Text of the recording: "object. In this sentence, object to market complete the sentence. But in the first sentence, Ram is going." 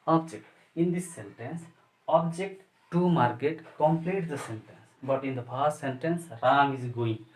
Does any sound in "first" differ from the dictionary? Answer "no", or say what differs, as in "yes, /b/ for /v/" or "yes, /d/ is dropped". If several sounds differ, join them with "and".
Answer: yes, /p/ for /f/